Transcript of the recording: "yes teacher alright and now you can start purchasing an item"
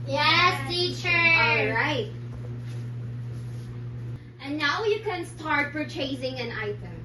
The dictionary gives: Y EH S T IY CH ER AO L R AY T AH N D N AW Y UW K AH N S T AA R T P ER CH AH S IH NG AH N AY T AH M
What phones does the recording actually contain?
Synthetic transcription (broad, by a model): Y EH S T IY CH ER AO L R AY T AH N N AW Y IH K AH N S T AA R T F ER CH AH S IH NG AH N AY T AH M